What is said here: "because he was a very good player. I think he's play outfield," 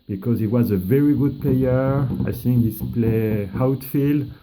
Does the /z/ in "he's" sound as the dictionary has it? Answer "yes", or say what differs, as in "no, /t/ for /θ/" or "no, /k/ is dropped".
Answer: no, /s/ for /z/